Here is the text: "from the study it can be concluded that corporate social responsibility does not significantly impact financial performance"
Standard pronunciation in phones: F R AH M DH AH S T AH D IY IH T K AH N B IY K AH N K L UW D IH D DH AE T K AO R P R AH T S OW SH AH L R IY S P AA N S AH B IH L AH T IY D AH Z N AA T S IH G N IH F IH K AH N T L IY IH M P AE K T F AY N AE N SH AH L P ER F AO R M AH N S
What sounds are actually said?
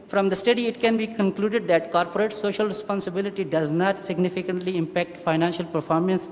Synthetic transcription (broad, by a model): F R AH M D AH S T AH D IY IH T K AH N B IY K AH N K L UW D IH D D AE T K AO R P R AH T S OW SH AH L R IY S P AA N S AH B IH L AH T IY D AH Z N AA T S IH G N IH F IH K AH N T L IY IH M P AE K T F AY N AE N SH AH L P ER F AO R M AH N S